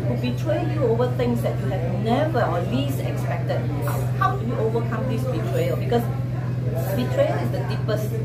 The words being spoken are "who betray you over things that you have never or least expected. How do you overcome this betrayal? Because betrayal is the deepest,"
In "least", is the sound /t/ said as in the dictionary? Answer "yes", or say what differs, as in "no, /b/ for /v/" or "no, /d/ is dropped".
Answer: no, /t/ is dropped